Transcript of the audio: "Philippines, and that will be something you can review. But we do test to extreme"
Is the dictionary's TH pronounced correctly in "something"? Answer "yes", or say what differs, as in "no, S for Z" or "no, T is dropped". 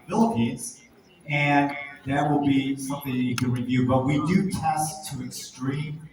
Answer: yes